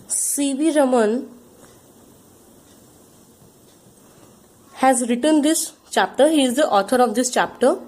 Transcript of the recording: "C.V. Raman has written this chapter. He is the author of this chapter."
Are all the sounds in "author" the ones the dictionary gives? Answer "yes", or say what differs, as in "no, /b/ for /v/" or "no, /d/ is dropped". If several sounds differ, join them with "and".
no, /t/ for /θ/